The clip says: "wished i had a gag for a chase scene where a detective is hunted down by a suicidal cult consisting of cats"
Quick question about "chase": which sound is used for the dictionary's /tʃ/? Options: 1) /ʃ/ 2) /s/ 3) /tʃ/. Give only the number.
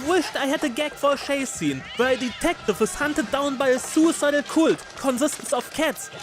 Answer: 1